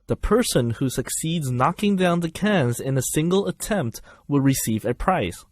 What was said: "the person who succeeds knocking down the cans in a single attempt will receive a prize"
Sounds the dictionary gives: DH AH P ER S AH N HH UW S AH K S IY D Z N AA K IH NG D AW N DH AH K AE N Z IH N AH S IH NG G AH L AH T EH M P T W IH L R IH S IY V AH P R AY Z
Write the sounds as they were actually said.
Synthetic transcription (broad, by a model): DH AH P ER S AH N HH UW S AH K S IY D Z N AA K IH NG D AW N DH AH K AE N Z IH N AH S IH NG G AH L AH T EH M P T W IH L R IH S IY V AH P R AY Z